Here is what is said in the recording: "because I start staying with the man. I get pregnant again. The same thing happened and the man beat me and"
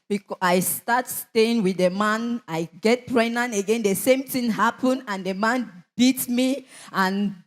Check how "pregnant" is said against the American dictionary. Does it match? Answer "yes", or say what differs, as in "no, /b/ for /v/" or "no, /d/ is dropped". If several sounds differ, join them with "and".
no, /t/ is dropped